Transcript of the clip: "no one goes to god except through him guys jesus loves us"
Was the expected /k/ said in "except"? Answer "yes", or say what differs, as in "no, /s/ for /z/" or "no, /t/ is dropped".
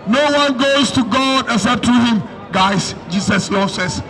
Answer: no, /k/ is dropped